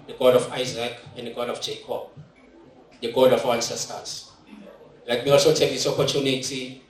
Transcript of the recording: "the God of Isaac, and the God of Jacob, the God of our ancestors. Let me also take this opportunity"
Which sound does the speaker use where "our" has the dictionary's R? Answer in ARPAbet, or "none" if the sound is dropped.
W